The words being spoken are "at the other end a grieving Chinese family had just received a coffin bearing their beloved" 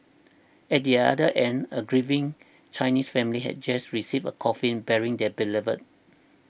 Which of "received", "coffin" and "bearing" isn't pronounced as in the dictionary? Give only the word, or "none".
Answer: received